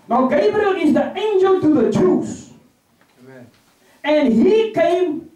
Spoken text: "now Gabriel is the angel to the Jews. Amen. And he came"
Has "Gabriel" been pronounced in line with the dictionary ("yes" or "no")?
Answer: no